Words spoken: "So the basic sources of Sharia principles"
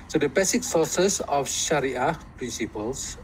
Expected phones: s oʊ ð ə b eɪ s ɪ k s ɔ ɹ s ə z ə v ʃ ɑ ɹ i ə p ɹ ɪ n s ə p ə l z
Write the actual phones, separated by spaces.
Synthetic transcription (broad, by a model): s oʊ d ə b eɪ s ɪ k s ɔ s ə s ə f ʃ ɑ ɹ i ə p ɹ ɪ n s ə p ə l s